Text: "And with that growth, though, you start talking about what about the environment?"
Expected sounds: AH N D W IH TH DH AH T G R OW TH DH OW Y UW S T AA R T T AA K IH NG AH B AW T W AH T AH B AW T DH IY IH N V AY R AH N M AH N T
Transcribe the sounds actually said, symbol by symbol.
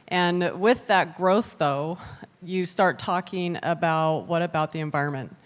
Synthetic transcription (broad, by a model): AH N W IH DH AH T G R OW TH DH OW Y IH S T AA R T T AA K IH NG AH B AW T W AH T AH B AW T DH IY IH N V AY R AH N M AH N T